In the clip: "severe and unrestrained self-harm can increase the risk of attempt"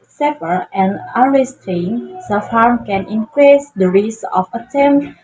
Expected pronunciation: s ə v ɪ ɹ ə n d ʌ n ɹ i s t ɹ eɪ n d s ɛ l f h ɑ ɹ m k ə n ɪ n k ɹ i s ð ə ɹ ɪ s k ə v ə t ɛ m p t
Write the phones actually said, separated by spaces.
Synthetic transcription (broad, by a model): s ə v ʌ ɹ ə n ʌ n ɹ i s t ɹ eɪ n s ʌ f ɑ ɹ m k ə n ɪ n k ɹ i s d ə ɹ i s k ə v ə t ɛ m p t